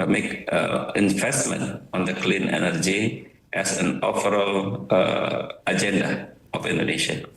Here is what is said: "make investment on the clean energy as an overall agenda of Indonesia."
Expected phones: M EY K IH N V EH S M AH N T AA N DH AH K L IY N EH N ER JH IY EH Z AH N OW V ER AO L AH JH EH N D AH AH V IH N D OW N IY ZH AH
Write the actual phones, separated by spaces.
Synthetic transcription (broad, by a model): M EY K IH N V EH S M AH N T AA N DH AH K L IY N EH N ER JH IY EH S AH N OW P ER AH L AH JH EH N D AH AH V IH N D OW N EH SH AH